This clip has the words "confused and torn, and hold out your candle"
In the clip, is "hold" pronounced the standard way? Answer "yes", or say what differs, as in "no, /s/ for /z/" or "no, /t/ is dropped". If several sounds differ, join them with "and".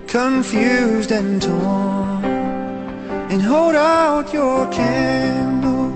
yes